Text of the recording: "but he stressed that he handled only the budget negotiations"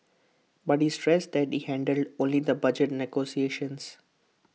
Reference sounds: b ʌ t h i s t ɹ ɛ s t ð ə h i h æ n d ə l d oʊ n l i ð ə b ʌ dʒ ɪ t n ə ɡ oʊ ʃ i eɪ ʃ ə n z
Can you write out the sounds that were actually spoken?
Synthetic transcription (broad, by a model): b ʌ t h i s t ɹ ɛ s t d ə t i h æ n d ə l d oʊ n l i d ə b ʌ dʒ ɪ t n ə ɡ oʊ s i eɪ ʃ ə n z